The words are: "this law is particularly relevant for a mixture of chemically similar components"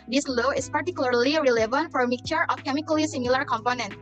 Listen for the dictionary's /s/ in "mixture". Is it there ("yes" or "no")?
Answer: no